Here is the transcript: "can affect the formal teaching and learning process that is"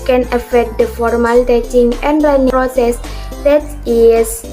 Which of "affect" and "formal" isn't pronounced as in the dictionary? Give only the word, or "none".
none